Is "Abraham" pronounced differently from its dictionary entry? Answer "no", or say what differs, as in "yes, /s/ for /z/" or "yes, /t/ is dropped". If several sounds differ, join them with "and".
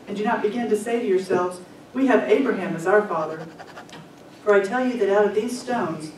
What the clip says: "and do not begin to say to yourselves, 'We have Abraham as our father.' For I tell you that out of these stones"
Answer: no